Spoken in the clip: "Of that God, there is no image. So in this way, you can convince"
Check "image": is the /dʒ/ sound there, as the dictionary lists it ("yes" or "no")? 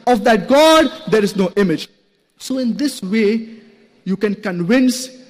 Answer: yes